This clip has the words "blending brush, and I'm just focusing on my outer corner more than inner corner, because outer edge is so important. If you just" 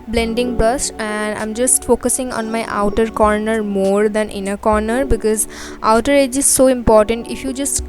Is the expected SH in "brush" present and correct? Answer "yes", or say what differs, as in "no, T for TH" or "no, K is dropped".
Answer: no, S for SH